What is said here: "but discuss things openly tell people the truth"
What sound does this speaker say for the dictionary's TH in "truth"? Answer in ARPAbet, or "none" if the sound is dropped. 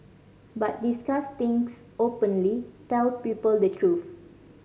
F